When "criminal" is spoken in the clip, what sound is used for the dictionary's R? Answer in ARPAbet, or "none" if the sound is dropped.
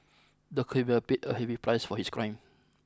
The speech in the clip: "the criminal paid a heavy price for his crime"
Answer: none